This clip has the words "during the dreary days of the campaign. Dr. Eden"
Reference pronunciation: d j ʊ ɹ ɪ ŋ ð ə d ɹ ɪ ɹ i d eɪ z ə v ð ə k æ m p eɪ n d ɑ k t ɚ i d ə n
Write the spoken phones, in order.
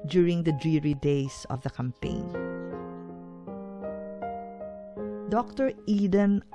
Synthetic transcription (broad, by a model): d j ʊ ɹ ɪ ŋ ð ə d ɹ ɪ ɹ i d eɪ s ə v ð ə k æ m p eɪ n d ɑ k t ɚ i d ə n